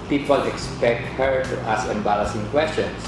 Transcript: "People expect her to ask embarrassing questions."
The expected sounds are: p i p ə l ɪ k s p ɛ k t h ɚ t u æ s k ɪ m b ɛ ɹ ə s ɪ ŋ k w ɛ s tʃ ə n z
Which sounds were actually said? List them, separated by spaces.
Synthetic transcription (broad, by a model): p i p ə l ɪ k s p ɛ k t h ɚ t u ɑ s k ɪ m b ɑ l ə s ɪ ŋ k w ɛ s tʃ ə n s